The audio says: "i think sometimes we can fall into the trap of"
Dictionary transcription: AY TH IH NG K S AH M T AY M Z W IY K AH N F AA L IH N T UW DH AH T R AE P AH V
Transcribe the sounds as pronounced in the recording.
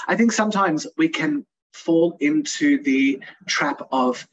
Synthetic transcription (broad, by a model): AY TH IH NG K S AH M T AY M Z W IY K AH N F AA L IH N T UW DH AH T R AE P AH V